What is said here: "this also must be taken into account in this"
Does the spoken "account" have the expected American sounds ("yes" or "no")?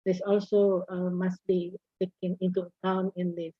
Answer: no